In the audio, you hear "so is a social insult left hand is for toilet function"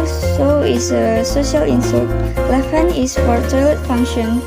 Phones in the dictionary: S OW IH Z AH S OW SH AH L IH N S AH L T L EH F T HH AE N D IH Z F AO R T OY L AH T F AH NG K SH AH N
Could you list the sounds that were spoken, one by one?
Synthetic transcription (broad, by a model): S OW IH S AH S OW SH AH L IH N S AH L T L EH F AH N IH S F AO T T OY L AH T F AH NG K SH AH N